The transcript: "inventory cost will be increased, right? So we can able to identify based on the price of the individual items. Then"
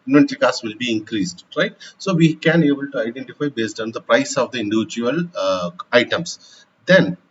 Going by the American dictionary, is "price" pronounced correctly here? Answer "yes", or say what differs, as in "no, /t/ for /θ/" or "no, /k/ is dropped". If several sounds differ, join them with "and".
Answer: yes